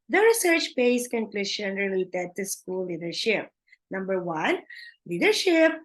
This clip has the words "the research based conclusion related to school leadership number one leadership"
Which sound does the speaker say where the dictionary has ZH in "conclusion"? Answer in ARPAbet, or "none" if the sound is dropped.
SH